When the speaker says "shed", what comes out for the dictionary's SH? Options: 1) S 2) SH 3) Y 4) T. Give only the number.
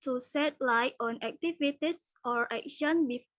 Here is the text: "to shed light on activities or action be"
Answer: 1